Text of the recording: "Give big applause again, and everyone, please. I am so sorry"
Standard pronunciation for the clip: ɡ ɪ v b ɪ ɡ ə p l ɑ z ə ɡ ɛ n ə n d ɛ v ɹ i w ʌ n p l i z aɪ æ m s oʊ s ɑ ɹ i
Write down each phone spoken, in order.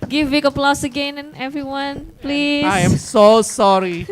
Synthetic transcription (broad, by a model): ɡ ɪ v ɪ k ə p l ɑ s ə ɡ ɛ n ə n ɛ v ɹ i w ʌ n p l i aɪ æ m s oʊ s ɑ ɹ i